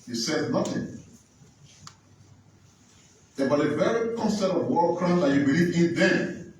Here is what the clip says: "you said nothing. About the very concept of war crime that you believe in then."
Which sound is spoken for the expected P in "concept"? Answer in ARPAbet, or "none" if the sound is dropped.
none